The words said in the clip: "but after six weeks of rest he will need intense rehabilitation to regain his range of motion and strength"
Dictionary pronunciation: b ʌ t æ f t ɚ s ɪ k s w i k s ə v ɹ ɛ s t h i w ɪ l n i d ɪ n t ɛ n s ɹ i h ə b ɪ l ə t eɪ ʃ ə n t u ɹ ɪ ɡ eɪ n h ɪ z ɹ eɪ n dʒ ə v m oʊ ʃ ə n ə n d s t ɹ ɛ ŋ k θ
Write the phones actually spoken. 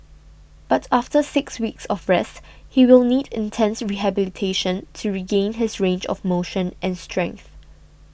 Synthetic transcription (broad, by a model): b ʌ t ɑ f t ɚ s ɪ k s w i k s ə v ɹ ɛ s t h i w ɪ l n i d ɪ n t ɛ n s ɹ i h ə b ɪ l ə t eɪ ʃ ə n t u ɹ ɪ ɡ eɪ n h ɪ s ɹ eɪ n dʒ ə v m oʊ ʃ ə n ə n s t ɹ ɛ ŋ k θ